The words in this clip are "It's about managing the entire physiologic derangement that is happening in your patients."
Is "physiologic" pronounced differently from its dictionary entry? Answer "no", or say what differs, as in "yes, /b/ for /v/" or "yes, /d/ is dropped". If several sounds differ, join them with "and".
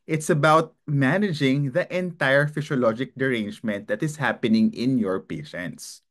yes, /s/ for /z/